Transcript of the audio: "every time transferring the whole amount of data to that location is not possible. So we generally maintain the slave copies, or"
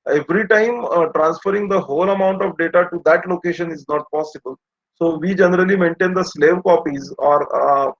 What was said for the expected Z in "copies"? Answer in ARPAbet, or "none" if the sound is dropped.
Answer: Z